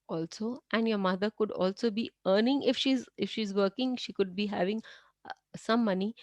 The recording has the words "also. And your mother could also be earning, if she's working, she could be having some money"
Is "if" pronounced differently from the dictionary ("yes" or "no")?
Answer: no